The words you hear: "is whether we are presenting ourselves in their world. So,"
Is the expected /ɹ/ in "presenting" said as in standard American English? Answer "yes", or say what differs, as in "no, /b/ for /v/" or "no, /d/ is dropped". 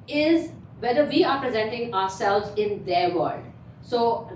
yes